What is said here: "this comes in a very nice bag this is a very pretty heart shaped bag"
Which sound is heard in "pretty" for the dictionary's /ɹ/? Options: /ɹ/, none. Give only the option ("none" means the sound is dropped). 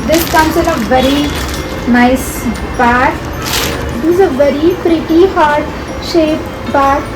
/ɹ/